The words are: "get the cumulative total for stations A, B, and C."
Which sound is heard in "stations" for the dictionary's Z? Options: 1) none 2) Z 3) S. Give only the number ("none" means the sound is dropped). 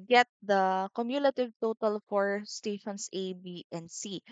3